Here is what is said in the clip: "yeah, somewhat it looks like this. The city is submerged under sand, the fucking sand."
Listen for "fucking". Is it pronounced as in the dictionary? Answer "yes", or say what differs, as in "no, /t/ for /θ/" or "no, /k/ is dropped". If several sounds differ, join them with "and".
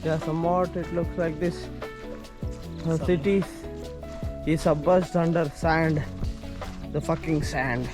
yes